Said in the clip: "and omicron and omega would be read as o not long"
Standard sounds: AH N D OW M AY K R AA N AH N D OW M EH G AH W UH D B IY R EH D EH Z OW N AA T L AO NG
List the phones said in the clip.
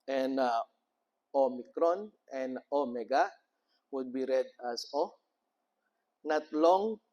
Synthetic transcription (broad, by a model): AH N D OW M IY K R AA N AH N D OW M EH G AH W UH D B IY R EH D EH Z OW N AA T L AO NG